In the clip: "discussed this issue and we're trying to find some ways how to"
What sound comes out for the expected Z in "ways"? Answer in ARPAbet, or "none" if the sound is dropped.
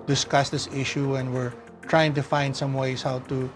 S